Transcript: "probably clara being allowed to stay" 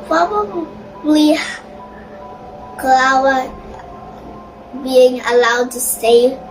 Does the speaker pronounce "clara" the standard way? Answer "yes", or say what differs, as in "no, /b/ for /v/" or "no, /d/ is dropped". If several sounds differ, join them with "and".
no, /w/ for /ɹ/